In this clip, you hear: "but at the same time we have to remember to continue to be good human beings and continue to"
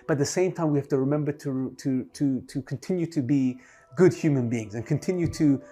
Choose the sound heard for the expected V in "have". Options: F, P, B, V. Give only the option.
F